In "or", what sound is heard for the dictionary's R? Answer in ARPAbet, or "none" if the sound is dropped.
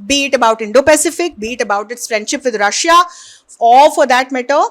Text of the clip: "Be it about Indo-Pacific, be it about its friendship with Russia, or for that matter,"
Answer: L